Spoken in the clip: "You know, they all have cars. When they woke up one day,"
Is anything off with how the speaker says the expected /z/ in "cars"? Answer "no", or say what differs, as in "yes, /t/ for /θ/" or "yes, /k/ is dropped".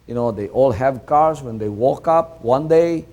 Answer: yes, /s/ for /z/